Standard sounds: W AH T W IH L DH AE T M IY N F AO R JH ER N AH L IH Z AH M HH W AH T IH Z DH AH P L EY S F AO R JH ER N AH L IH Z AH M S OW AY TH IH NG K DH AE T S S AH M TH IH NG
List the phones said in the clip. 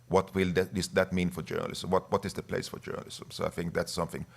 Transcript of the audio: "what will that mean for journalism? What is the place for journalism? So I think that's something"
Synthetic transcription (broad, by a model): W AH T W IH L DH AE T M IY N F AO R JH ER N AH L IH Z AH M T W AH T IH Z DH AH P L EY S F AO R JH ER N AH L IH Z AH M S OW AY TH IH NG K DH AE T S S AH M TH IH NG